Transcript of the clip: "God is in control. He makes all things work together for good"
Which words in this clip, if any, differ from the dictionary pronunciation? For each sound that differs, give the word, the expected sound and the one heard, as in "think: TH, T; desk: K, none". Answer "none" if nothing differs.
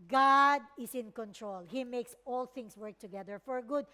is: Z, S; things: Z, S